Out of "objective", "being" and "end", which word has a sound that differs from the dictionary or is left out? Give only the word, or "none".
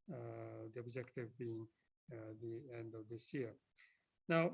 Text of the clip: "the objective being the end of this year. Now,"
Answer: none